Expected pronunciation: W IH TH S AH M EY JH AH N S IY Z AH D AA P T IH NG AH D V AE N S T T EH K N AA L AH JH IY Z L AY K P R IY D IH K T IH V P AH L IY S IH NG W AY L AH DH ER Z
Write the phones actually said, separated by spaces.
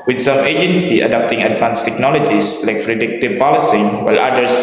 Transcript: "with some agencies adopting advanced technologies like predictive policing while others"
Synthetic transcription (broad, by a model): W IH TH S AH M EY JH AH N S IY AH D AA P T IH NG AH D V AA N S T T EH K N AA L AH JH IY S L AY K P R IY D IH K T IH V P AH L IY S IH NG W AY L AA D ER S